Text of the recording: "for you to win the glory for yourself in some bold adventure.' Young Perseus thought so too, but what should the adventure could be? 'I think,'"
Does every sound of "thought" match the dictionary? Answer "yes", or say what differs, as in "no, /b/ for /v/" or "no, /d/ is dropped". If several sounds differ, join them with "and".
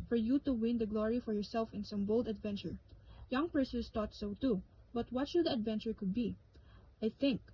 no, /t/ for /θ/